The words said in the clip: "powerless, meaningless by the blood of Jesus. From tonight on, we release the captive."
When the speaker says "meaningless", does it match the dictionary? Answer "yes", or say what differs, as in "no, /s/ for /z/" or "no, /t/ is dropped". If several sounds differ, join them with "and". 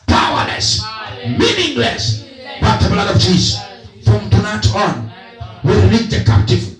yes